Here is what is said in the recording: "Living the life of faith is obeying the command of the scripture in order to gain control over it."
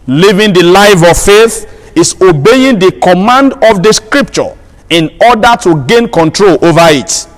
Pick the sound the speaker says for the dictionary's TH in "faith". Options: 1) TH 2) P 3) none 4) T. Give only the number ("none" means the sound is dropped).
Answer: 1